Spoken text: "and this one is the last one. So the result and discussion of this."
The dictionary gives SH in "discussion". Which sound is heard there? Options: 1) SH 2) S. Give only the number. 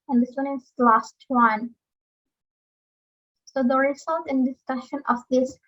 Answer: 1